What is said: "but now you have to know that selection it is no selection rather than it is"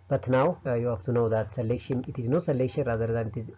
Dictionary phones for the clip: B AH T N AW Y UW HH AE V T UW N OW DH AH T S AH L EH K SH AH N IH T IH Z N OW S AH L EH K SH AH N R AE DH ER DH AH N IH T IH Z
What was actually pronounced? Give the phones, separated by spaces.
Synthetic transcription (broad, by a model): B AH T N AW Y UW HH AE F T UW N OW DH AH T S AH L EH K SH AH N IH T IH Z N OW S AH L EH K SH AH N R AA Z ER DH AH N IH T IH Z